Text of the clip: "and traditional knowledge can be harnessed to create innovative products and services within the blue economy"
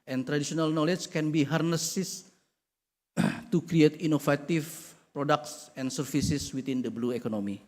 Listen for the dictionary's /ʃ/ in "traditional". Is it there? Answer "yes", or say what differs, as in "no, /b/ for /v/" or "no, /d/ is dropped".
no, /s/ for /ʃ/